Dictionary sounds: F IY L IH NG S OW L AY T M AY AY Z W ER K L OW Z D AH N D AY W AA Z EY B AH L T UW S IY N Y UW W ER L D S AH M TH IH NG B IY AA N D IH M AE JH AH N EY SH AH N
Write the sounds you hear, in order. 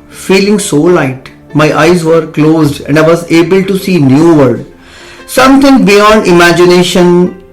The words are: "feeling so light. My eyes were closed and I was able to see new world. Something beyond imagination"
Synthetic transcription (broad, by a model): F IY L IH NG S OW L AY T M AY AY Z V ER K L OW Z D AH N D AY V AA Z EY B AH L T UW S IY N Y UW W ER D S AH M T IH NG B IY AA N D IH M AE JH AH N EY SH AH N